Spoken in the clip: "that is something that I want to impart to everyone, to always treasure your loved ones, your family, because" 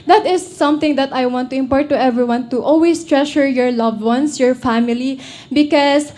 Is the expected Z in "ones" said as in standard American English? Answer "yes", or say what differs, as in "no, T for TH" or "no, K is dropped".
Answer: no, S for Z